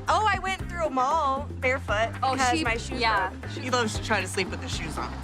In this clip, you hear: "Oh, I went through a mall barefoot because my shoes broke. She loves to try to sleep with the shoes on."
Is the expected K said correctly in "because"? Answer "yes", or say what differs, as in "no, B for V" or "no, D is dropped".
no, K is dropped